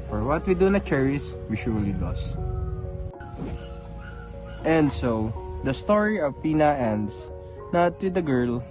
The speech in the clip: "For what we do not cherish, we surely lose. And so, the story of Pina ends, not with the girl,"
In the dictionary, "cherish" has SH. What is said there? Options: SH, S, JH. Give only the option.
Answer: S